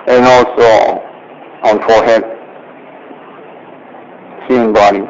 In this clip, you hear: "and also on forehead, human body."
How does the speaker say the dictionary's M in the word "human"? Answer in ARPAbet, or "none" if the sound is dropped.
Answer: none